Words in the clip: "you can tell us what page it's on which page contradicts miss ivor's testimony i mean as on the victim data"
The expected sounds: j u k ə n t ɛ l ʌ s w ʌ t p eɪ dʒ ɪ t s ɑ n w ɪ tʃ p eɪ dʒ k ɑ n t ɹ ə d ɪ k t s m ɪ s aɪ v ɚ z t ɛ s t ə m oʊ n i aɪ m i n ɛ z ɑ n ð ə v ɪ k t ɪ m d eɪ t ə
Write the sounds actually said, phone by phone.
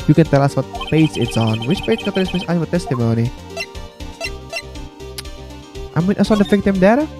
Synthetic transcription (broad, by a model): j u k ə n t ɛ l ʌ s w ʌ t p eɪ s ɪ t s ɑ n w ɪ tʃ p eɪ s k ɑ t ə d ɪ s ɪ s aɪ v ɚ t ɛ s t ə m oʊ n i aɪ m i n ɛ s ɑ n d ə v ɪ k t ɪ m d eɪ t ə